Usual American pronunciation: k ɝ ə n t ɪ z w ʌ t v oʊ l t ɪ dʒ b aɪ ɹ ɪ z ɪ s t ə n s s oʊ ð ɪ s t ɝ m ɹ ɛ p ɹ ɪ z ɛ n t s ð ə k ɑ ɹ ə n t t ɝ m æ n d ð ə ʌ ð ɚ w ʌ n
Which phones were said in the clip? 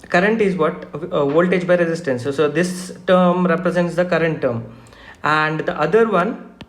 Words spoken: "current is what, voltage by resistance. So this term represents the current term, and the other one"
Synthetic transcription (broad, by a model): k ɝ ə n t ɪ z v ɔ t v oʊ l t ɪ dʒ b aɪ ɹ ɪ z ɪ s t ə n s s oʊ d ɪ s t ɝ m ɹ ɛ p ɹ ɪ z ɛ n t s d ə k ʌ ɹ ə n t t ɝ m æ n d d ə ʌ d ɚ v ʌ n